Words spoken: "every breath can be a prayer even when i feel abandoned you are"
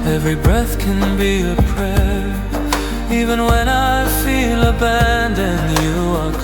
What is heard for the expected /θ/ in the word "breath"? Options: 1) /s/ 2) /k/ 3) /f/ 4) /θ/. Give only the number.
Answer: 4